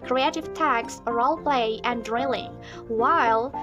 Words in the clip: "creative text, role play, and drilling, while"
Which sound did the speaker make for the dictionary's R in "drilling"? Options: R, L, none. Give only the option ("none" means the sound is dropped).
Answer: R